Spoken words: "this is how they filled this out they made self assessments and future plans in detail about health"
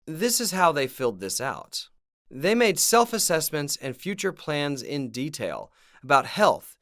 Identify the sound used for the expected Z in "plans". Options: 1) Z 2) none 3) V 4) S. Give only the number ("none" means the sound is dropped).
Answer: 1